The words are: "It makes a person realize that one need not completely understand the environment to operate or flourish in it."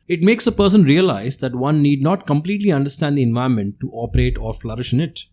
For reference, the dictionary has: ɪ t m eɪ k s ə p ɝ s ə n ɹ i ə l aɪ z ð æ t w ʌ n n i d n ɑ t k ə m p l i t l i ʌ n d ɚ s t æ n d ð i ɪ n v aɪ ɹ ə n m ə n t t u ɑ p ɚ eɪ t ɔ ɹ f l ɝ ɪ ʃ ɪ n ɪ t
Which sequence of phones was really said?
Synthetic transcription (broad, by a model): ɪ t m eɪ k s ə p ɝ s ə n ɹ i ə l aɪ z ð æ t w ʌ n n i d n ɑ t k ə m p l i t l i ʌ n d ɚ s t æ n d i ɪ n v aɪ ə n m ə n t t u ɑ p ɚ eɪ t ɔ ɹ f l ɝ ɪ ʃ ɪ n ɪ t